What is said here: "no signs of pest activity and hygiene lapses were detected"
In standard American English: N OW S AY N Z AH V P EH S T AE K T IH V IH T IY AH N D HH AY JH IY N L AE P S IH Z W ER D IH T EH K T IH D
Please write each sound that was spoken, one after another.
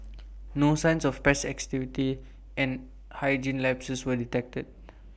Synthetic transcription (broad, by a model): N OW S AY N S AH F P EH S AE K T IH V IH T IY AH N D HH AY JH IY N L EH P S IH S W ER D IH T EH K T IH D